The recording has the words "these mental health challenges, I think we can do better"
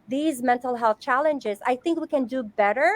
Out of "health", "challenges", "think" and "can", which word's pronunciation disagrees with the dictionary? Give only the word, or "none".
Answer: none